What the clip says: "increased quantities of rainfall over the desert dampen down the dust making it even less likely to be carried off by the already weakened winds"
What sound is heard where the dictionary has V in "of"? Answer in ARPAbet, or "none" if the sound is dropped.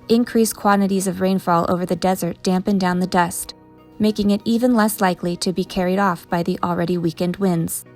V